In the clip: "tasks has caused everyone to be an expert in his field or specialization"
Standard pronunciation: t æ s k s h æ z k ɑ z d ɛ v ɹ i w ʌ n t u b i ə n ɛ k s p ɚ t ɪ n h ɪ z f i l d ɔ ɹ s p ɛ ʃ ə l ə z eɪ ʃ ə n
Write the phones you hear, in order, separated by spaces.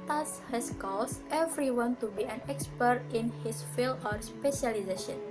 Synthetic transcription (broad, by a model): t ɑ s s h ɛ s k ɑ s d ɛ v ɹ i w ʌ n t u b i ə n ɛ k s p ɚ t ɪ n h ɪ s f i l ɔ ɹ s p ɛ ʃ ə l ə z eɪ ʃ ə n